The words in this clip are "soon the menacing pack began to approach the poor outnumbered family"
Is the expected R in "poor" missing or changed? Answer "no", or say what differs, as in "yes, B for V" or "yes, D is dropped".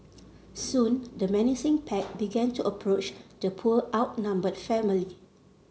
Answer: yes, L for R